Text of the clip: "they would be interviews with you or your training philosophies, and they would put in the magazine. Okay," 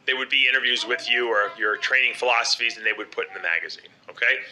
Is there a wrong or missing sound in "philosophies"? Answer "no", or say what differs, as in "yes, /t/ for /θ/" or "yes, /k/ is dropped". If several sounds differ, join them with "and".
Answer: no